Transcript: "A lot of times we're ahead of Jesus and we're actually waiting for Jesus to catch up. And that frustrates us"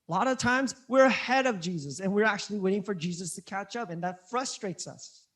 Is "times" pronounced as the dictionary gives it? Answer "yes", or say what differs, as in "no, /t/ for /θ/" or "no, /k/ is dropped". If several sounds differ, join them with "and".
yes